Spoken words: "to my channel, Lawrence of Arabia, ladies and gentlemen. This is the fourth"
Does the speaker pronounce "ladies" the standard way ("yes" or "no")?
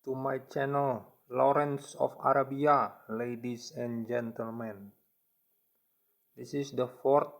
no